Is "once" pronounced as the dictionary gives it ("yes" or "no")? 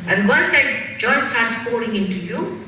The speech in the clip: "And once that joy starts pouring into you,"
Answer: no